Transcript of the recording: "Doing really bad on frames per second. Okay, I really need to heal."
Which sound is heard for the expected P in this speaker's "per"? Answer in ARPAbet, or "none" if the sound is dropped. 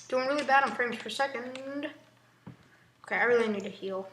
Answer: F